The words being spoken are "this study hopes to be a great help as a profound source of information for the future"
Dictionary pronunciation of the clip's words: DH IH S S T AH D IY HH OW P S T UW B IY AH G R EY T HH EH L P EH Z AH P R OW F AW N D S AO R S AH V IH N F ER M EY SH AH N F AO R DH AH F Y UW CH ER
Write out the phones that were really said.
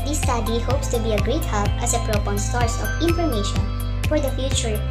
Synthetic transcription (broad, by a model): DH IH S S T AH D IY HH OW P S T UW B IY AH G R EY T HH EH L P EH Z AH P R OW P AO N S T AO R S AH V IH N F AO M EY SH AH N F AO R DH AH F Y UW CH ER